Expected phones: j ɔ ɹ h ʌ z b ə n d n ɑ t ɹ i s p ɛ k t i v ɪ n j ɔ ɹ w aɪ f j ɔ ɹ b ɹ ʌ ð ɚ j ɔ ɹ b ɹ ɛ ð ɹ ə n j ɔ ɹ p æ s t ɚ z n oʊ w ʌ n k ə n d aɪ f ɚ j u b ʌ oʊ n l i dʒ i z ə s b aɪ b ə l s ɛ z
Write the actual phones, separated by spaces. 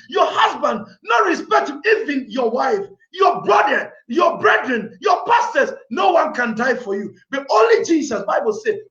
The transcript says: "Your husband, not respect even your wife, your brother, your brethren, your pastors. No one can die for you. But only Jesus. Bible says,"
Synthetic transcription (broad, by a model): j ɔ h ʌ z b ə n d n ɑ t ɹ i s p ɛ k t i v ɪ n j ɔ w aɪ f j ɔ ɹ b ɹ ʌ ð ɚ j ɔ b ɹ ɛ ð ɹ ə n j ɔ p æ s t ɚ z n oʊ w ʌ n k ə n d aɪ f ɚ j u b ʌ oʊ n l i dʒ i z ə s b aɪ b ə l s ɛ